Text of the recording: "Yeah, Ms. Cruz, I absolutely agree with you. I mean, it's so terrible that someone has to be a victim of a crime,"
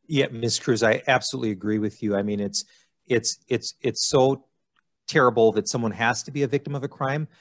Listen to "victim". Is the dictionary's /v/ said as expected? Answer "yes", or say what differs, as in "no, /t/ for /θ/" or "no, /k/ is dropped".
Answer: yes